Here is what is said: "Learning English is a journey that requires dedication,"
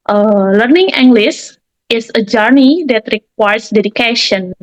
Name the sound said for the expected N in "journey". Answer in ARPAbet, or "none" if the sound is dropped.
N